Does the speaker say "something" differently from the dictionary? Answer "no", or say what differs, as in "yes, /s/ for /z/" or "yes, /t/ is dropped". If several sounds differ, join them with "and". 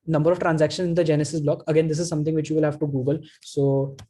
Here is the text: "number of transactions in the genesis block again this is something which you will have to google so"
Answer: yes, /t/ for /θ/